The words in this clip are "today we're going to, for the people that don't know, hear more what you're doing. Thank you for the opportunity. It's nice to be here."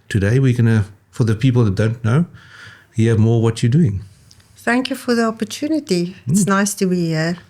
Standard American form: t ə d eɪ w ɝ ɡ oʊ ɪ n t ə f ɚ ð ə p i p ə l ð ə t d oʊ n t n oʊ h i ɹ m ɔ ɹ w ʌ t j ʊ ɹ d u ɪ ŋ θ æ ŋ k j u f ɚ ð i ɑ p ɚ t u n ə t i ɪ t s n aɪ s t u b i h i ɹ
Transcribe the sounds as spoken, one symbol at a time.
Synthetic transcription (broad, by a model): t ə d eɪ w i ɡ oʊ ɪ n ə f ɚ ð ə p i p ə l ð ə t d oʊ n t n oʊ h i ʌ m ɔ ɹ w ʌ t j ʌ d u ɪ ŋ θ æ ŋ k j u f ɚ ð i ɑ p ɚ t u n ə t i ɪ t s n aɪ s t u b i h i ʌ